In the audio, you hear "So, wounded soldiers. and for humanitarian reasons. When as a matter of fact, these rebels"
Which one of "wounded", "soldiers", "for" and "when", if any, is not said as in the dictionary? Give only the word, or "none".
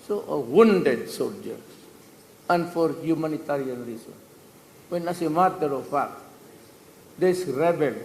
soldiers